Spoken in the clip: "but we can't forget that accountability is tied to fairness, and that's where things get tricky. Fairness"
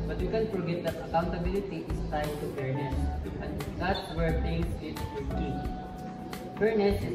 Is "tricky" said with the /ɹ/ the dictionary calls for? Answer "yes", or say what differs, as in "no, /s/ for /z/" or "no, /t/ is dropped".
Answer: no, /ɹ/ is dropped